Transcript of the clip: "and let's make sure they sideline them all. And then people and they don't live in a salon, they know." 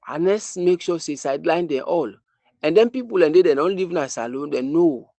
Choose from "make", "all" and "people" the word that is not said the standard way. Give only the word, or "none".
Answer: none